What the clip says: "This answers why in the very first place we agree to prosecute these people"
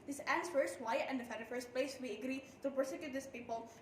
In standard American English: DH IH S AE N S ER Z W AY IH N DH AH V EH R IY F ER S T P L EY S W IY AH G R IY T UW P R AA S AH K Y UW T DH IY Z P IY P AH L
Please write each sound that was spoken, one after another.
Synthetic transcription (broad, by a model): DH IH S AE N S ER S W AY IH N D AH F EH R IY F ER S T P L EY S W IY AH G R IY T UW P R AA S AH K Y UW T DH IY S P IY P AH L